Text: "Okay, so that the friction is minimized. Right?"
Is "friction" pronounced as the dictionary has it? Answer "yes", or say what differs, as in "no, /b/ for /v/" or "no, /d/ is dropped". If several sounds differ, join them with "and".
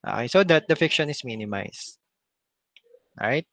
no, /ɹ/ is dropped